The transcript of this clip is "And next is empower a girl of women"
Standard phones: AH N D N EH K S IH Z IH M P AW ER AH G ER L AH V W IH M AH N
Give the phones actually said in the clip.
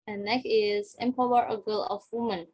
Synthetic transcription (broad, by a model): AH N N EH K IH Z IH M P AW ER AH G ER L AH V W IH M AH N